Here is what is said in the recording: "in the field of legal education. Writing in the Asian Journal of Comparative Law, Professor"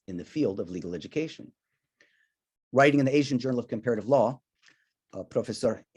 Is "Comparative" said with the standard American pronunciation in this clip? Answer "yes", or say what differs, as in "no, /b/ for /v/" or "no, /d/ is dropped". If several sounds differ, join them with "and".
yes